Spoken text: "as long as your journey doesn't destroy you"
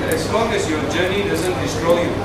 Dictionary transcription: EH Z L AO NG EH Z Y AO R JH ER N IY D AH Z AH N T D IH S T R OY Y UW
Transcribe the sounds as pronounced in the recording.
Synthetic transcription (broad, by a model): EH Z L AO NG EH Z Y AO R JH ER N IY D AH Z AH N T D IH S T R OY Y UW